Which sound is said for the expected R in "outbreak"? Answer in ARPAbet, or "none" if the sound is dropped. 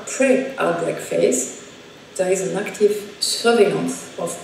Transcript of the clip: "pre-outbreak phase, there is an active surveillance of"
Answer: none